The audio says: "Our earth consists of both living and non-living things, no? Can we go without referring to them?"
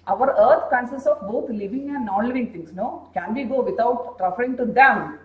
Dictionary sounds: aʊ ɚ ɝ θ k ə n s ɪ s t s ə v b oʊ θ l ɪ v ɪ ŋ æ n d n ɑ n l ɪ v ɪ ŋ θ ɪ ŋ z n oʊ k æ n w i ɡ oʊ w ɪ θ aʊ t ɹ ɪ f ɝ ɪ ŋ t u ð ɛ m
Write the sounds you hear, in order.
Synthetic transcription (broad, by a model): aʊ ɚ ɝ t k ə n s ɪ s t ə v b oʊ t l ɪ v ɪ ŋ æ n d n ɑ n l ɪ v ɪ ŋ t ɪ ŋ s n oʊ k æ n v i ɡ oʊ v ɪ t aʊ t ɹ ɪ f ɝ ɪ ŋ t u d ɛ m